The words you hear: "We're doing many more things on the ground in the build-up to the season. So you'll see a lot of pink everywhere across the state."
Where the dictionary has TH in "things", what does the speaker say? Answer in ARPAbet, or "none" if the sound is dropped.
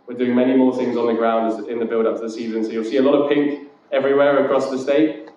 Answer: TH